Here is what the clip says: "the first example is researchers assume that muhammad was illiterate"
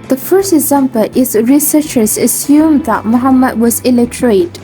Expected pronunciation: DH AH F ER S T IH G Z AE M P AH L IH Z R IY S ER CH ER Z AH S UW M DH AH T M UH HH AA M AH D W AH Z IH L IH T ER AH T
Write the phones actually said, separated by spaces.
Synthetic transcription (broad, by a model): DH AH F ER S T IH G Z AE M P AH L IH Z R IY S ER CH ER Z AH S UW M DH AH T M UH HH AA M AH D W AH Z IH L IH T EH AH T